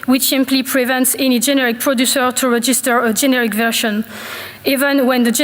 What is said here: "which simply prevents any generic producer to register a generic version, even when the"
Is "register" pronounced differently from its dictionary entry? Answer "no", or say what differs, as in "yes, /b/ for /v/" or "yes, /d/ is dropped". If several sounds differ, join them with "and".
no